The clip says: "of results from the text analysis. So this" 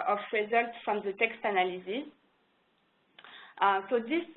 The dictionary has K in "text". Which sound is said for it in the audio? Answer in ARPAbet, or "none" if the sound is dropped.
K